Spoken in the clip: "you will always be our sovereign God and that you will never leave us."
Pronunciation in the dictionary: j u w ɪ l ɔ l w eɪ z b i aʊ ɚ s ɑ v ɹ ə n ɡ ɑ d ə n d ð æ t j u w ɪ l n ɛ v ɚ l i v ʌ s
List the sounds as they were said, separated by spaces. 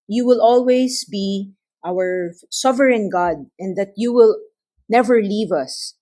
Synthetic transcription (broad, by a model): j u w ɪ l ɔ l w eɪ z b i aʊ ɚ s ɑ v ɹ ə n ɡ ɑ d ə n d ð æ t j u w ɪ l n ɛ v ɚ l i v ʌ s